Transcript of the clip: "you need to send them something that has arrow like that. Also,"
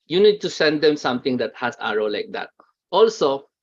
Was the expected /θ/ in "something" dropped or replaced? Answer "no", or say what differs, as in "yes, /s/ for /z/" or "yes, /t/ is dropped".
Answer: yes, /t/ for /θ/